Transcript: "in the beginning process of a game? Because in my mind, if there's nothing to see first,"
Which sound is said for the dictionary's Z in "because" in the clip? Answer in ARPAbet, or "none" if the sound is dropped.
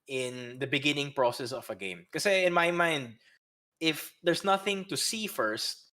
none